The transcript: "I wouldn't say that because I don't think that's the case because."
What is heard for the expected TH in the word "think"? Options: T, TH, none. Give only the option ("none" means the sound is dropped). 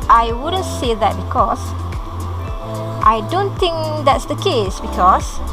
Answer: T